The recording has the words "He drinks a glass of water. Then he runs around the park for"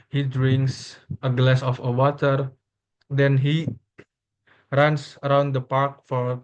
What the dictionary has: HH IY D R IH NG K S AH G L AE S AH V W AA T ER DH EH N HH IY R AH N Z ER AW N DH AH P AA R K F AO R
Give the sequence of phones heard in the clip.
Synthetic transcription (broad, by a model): HH IY D R IH NG K S AH G L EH S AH F W AA T ER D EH N HH IY R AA N S ER AW N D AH P AA R K F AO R